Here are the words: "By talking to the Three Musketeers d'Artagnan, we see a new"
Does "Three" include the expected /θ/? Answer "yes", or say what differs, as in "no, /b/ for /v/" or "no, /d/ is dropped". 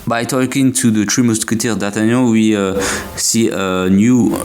no, /t/ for /θ/